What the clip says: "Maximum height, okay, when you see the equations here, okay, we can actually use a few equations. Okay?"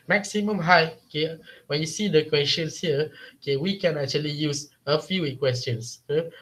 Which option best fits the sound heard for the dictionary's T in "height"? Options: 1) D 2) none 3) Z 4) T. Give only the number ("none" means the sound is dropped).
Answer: 2